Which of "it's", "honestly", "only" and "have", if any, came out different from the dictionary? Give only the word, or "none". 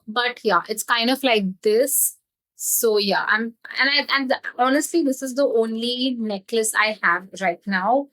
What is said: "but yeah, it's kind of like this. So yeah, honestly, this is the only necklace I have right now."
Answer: none